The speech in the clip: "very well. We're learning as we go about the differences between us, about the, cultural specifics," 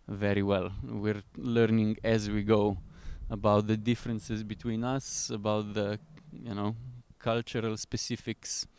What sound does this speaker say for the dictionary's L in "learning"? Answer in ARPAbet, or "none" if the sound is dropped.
L